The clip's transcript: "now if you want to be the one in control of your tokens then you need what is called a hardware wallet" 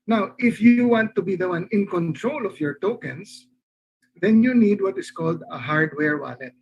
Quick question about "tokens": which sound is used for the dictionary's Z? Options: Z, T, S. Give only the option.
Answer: S